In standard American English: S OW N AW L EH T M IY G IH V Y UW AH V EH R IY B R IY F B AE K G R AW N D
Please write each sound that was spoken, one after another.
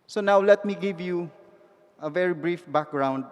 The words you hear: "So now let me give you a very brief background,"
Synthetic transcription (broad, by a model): S OW N AW L EH T M IY G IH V Y UW AH V EH R IY B R IY F B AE K G R AW N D